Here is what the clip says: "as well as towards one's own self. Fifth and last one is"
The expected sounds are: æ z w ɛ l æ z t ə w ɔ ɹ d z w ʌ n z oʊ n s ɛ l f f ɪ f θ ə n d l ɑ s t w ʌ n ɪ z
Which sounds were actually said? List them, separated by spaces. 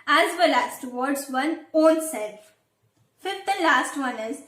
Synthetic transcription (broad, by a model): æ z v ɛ l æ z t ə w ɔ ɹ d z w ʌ n oʊ n s ɛ l f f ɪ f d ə l ɑ s t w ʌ n ɪ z